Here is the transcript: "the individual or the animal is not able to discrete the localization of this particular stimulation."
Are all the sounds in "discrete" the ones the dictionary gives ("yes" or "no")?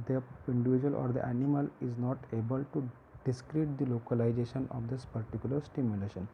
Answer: yes